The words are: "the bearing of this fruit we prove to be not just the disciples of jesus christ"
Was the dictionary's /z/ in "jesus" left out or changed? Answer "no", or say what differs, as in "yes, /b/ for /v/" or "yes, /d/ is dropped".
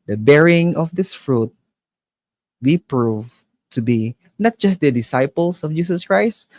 yes, /s/ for /z/